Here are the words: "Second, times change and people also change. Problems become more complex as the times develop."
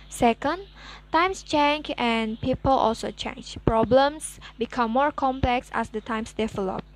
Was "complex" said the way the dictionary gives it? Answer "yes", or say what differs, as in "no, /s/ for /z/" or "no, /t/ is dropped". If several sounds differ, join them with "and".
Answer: yes